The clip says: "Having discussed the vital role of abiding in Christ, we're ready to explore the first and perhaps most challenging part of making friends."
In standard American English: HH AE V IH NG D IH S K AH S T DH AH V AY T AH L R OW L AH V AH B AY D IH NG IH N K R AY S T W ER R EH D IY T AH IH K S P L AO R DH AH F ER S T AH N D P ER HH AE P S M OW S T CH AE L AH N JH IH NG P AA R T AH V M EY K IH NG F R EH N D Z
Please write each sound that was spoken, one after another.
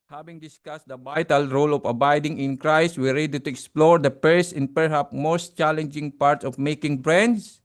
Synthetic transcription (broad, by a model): HH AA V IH NG D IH S K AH S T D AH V AY T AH L R OW L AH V AH B AY D IH NG IH N K R AY S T W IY R EH D IY T AH IH K S P L AO R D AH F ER S T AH N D P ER HH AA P M OW S T CH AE L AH N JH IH NG P AA R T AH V M EY K IH NG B R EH N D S